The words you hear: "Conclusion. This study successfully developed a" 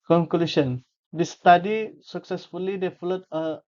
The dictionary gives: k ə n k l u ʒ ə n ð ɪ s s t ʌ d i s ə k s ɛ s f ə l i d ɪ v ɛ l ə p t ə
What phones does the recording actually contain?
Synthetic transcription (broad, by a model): k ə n k l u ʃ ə n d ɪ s s t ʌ d i s ə k s ɛ s f ə l i d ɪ f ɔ l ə t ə